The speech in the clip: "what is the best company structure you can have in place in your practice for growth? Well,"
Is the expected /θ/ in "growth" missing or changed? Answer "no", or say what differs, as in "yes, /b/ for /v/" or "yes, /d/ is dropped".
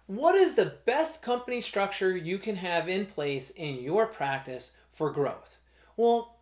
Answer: no